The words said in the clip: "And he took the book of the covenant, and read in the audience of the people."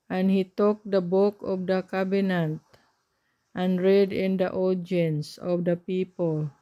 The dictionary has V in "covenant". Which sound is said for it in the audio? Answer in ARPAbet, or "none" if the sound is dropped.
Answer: B